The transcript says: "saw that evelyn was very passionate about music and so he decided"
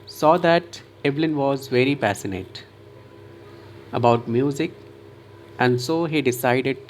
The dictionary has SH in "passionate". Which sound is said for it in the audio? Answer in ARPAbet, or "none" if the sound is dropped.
S